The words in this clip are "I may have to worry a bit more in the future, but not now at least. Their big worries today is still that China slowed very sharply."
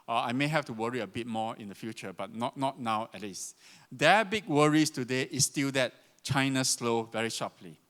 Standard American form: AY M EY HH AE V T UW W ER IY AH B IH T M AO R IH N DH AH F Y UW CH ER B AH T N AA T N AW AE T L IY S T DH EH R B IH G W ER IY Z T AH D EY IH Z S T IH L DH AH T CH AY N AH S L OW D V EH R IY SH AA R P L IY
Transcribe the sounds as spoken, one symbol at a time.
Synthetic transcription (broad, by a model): AY M EY HH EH F T UW W ER IY AH B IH T M AO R IH N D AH F Y UW CH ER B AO T N AA T N AW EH T L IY S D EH B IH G W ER IY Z T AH D EY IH S T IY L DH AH T CH AY N AH S L OW V EH R IY SH AA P L IY